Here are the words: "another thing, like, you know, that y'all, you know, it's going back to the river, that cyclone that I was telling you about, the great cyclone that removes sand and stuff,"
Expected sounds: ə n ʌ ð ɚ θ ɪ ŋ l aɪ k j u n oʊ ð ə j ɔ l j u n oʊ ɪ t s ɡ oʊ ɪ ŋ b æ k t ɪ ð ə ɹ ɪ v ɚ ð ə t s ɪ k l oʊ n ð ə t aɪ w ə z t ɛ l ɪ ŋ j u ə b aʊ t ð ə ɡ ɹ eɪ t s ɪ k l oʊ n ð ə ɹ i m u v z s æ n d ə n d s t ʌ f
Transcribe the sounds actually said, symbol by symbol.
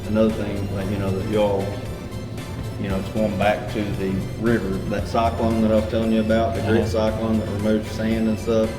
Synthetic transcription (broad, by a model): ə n ʌ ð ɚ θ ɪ ŋ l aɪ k j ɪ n oʊ ð ə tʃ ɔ l j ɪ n oʊ ɪ t s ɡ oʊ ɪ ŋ b æ k t ɪ ð ə ɹ ɪ v ɚ ð ə t s ɪ k l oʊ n ð ə t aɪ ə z t ɛ l ɪ ŋ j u ə b aʊ t ð ə ɡ ɹ eɪ t s ɪ k l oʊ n ð ə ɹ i m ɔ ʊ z s æ n d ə n s t ʌ f